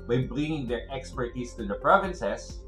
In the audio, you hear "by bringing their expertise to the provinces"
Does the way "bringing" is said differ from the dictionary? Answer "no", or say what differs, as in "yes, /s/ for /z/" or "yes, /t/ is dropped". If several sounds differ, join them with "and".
yes, /l/ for /ɹ/